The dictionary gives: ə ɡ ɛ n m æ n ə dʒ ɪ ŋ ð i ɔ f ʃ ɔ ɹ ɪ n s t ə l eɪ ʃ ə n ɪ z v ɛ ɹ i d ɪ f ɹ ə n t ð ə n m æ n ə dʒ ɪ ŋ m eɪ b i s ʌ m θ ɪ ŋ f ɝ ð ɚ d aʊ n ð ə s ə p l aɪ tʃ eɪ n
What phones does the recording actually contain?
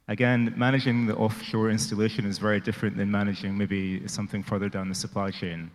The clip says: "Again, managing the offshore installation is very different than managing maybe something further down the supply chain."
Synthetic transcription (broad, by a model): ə ɡ ɛ n m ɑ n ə dʒ ɪ ŋ ð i ɔ f ʃ ɔ ɹ ɪ n s t ə l eɪ ʃ ə n ɪ z v ɛ ɹ i d ɪ f ɹ ə n t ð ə n m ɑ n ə dʒ ɪ ŋ m eɪ b i s ʌ m θ ɪ ŋ f ɝ ð ɚ d aʊ n ð ə s ə p l aɪ tʃ eɪ n